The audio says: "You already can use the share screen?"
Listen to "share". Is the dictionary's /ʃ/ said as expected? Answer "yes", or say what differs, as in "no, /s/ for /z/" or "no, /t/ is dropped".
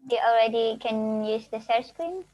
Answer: no, /s/ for /ʃ/